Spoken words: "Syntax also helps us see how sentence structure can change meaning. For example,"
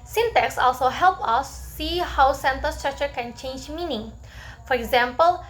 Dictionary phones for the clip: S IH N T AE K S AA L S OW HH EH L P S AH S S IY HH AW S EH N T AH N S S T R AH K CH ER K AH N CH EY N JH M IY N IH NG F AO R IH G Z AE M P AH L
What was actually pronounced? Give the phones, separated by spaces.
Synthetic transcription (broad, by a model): S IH N T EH K S AA L S OW HH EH L P AH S S IY HH AW S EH N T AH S S T R AH K CH ER K AH N CH EY N JH M IY N IH NG F AO R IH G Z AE M P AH L